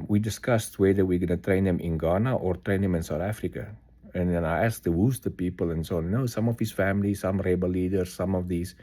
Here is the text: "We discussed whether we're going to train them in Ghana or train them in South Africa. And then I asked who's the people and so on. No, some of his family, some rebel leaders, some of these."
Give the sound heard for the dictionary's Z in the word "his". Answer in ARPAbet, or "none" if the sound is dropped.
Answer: S